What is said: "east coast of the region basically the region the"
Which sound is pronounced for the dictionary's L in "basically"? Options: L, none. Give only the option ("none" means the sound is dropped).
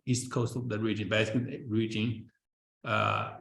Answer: none